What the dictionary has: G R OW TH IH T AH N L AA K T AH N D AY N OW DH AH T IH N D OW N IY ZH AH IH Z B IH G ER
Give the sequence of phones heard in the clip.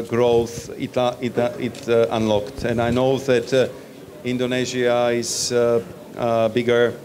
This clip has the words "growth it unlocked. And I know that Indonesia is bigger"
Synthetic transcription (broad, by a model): G R OW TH IH T AH N L AA K T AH N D AY N OW DH AH T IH N D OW N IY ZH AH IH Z B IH G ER